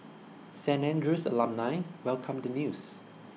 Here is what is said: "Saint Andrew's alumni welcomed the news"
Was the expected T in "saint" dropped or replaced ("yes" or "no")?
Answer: yes